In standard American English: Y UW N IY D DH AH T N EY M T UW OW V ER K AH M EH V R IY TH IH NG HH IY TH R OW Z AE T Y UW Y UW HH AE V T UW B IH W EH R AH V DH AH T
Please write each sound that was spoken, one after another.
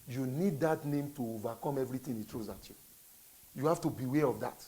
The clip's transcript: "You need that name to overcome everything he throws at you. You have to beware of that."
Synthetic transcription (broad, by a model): Y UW N IY D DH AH T N EY M T UW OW V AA K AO M EH V R IY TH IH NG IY T R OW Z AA T Y UW Y UW HH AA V T UW B IH W EH R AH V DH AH T